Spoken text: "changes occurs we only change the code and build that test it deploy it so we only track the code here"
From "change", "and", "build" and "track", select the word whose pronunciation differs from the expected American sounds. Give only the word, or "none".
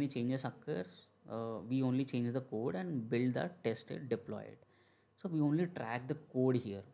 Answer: none